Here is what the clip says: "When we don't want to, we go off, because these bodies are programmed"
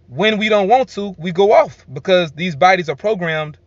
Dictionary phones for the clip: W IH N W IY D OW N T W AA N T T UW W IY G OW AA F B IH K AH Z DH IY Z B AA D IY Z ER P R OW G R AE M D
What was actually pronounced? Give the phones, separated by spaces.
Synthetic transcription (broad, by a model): W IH N W IY D OW N T W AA N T T UW W IY G OW AA F B IH K AH Z DH IY Z B AA D IY Z ER P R OW G R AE M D